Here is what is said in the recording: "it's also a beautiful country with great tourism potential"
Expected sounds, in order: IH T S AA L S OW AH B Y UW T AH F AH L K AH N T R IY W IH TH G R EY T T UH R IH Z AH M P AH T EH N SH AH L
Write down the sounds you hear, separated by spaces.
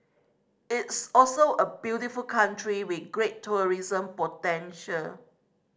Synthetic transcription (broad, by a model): IH T S AA L S OW AH B Y UW T AH F AH L K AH N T R IY W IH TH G R EY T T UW R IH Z AH M P AH T EH N SH AH L